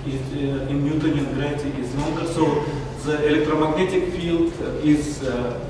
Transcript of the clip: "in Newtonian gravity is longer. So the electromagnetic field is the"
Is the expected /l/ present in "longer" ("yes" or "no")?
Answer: no